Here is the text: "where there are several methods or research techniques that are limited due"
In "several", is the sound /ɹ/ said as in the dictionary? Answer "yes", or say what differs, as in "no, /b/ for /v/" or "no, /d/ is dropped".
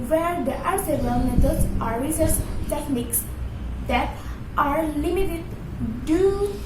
no, /ɹ/ is dropped